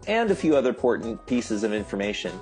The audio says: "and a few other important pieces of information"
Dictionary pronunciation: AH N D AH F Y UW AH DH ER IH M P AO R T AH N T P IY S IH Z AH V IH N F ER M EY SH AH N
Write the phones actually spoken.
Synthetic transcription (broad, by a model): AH N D AH F Y UW AH DH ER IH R P AO R T N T P IY S IH Z AH V IH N F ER M EY SH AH N